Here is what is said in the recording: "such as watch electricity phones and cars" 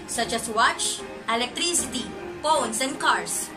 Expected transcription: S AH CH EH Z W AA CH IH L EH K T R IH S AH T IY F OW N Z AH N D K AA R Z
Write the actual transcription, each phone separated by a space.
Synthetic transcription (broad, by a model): S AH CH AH S W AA CH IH L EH K T R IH S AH T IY P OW N S AH N D K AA R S